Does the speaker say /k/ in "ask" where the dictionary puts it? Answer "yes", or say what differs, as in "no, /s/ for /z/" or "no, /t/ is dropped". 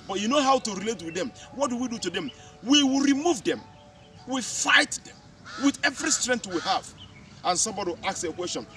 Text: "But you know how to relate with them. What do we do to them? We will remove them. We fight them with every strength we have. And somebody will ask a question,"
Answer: no, /k/ is dropped